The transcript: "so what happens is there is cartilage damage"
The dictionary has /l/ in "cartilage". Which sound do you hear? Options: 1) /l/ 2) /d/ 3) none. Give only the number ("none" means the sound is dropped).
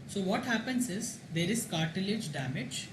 1